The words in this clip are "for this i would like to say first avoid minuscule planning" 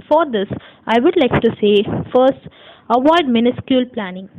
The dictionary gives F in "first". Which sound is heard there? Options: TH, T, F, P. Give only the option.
F